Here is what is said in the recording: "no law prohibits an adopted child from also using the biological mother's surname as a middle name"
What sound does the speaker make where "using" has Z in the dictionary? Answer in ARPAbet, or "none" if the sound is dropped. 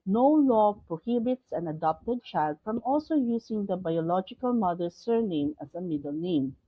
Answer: S